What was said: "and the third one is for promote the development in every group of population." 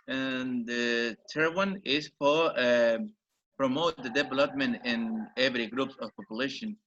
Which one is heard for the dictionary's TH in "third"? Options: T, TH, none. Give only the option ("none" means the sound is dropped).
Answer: T